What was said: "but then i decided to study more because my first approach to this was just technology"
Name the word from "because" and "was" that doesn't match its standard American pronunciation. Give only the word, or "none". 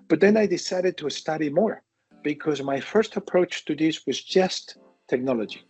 none